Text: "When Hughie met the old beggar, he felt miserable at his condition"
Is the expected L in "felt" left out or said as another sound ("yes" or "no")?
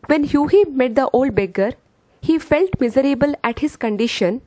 no